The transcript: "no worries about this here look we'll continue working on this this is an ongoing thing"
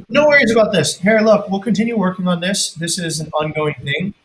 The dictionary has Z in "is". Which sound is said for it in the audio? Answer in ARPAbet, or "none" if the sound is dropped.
Z